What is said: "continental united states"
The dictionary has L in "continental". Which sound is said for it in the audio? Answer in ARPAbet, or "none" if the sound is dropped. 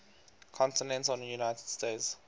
N